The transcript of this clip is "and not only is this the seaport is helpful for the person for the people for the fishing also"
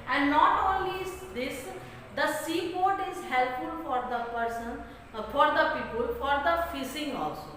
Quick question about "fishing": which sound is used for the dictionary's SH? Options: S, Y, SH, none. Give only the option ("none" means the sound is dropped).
S